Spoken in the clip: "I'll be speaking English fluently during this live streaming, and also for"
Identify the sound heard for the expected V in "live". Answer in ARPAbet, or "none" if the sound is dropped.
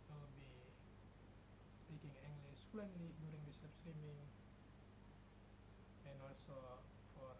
P